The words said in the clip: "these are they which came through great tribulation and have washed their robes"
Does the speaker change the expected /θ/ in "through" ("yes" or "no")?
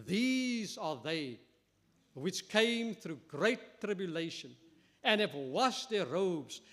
no